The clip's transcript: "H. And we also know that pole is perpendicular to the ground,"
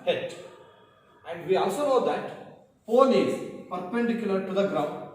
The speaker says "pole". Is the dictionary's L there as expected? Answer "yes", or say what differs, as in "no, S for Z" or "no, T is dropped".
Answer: no, N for L